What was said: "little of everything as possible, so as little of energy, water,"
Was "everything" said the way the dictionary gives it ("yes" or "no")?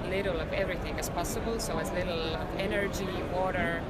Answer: yes